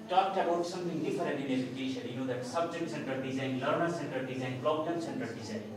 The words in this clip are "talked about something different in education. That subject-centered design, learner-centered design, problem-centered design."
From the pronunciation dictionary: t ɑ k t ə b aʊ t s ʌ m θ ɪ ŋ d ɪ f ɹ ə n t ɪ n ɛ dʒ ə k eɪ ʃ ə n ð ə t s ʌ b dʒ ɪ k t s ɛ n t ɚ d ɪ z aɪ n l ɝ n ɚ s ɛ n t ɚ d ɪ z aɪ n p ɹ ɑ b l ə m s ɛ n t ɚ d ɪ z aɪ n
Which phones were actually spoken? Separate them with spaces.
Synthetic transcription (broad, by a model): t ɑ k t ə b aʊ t s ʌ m t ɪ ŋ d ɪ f ɹ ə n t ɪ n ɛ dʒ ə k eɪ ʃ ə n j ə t s ʌ b dʒ ɪ k t s ɛ n t ɚ d ɪ z aɪ n l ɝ n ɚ s ɛ n t ɚ d ɪ z aɪ n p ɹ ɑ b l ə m s ɛ n t ɚ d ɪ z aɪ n